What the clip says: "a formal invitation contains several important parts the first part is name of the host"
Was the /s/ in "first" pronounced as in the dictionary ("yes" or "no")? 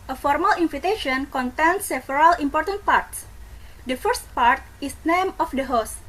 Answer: yes